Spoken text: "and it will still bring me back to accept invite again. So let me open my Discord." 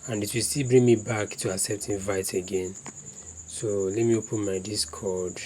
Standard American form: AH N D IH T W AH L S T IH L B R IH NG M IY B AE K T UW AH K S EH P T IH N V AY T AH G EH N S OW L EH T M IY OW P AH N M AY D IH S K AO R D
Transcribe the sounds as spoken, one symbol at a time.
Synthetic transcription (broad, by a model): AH N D IH T W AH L S T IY L B R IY NG M IY B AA K T UW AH S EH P T IH N V AY T AH G EH N S OW L EH T M IY OW P AH N M AY D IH S K AO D